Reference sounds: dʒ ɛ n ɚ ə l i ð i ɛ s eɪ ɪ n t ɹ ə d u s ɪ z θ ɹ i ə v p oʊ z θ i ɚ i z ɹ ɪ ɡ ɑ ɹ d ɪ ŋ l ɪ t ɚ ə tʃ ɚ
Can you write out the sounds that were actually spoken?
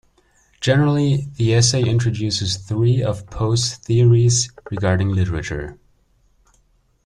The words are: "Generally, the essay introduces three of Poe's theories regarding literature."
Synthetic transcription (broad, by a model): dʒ ɛ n ɚ l i ð i ɛ s eɪ ɪ n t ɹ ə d u s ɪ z θ ɹ i ə v p oʊ s θ i ɚ i z ɹ ɪ ɡ ɑ ɹ d ɪ ŋ l ɪ t ɚ ə tʃ ɚ